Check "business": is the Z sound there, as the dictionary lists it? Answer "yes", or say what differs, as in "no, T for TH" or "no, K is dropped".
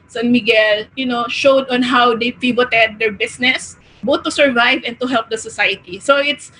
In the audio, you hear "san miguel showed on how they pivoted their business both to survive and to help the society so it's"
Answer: no, S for Z